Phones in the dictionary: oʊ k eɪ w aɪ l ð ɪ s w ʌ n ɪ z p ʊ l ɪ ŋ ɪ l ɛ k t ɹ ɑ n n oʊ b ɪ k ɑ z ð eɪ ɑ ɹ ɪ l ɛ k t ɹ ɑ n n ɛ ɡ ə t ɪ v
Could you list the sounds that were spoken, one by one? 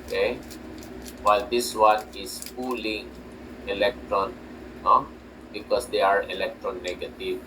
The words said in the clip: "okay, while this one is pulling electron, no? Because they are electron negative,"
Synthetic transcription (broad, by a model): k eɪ w aɪ l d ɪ s w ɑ n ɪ s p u l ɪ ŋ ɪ l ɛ k t ɹ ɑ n n oʊ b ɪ k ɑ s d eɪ ɑ ɹ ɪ l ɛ k t ɹ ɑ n n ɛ ɡ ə t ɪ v